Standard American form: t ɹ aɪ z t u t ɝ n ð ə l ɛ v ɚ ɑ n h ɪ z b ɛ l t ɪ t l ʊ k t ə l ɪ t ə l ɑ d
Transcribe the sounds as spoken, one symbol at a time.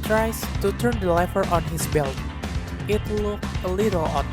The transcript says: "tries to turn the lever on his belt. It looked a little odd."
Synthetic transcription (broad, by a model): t ɹ aɪ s t u t ɝ n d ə l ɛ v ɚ ɑ n h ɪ s b ɛ l t ɪ t l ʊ k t ə l ɪ t ə l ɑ